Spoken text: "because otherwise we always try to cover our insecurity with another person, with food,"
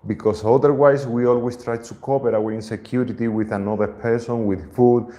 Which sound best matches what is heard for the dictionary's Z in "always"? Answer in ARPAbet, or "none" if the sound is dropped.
S